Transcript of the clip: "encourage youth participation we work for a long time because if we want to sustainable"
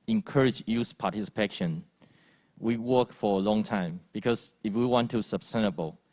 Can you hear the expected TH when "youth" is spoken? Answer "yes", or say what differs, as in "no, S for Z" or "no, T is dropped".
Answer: no, S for TH